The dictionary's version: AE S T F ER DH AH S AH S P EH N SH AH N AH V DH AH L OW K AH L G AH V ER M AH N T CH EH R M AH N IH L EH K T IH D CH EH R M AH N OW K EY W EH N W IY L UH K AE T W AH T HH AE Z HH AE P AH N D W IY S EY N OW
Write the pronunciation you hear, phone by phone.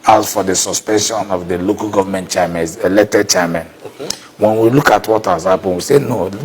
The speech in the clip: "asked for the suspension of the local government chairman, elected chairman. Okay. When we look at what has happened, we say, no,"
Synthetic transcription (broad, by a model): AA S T F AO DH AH S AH S P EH N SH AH N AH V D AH L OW K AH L G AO V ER M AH N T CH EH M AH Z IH L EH T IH CH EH M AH N W EH N W IY L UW K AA T W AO T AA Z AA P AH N W IY S EY N OW